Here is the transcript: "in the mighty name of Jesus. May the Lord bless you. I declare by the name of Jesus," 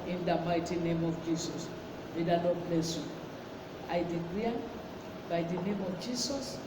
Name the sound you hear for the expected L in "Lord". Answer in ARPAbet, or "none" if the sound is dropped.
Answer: N